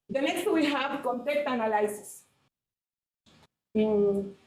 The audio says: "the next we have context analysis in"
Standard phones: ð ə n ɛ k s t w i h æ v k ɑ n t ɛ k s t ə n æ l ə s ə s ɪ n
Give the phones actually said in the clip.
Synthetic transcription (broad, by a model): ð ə n ɛ k s t w i h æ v k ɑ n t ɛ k t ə n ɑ l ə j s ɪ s